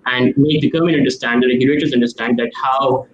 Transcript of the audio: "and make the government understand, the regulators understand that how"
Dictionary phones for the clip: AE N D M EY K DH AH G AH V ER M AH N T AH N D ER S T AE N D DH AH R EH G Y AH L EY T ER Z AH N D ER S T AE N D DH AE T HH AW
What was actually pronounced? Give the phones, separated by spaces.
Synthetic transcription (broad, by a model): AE N D M EY K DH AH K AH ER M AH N AH N D ER S T AE N D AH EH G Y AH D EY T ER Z AH N D ER S T AE N D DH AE T HH AW